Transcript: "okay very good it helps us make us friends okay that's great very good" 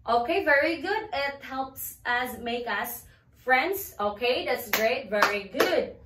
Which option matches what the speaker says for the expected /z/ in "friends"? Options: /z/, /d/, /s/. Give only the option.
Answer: /s/